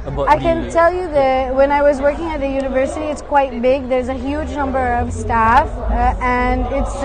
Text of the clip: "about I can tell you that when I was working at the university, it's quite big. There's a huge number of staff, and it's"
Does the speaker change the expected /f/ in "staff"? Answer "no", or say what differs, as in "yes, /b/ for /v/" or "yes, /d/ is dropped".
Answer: no